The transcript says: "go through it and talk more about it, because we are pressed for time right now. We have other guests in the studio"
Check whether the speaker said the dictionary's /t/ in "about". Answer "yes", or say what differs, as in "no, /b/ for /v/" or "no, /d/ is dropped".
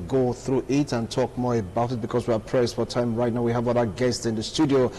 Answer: yes